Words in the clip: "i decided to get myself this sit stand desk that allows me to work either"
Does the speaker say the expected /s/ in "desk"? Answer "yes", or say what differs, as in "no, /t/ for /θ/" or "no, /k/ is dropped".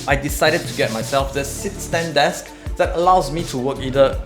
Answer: yes